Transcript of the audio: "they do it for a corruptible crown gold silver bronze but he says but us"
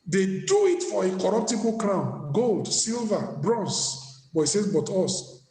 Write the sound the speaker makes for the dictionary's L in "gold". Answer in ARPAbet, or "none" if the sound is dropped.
L